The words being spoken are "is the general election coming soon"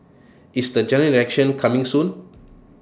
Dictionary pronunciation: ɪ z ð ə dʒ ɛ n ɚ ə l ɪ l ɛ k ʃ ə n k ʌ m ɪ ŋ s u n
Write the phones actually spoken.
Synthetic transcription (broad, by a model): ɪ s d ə dʒ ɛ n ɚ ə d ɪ ɛ k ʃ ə n k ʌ m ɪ ŋ s u n